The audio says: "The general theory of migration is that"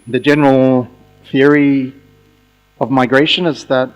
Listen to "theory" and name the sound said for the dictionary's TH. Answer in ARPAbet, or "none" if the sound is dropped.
TH